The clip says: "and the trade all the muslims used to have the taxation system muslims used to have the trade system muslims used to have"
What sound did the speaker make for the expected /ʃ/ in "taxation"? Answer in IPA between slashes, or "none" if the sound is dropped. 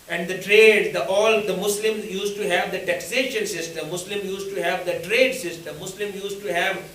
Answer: /ʃ/